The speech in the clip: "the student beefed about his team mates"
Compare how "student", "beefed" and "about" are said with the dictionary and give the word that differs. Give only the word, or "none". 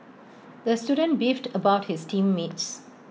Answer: none